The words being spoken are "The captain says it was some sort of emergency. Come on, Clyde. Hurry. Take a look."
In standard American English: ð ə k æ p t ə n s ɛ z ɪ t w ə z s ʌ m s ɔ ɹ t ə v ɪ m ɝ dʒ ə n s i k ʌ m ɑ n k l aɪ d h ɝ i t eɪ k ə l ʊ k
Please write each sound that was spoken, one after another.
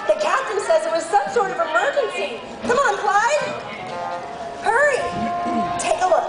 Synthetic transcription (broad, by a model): ð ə k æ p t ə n s ɛ z ɪ t w ə z s ʌ m s ɔ ɹ t ə v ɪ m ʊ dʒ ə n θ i k ʌ m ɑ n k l aɪ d h ɝ i t eɪ k ə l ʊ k